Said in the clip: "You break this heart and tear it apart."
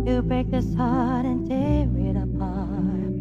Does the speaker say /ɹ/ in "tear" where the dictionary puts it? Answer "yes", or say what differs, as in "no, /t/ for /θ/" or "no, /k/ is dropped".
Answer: no, /w/ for /ɹ/